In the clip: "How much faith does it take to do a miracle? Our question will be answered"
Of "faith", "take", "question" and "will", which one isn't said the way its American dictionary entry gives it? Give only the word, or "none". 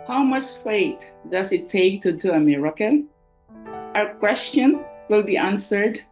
faith